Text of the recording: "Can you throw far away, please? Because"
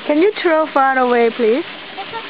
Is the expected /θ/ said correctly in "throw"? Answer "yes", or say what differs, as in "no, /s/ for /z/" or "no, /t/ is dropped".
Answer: no, /t/ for /θ/